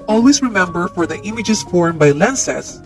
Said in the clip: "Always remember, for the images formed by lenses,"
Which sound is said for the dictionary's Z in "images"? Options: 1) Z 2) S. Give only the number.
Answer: 2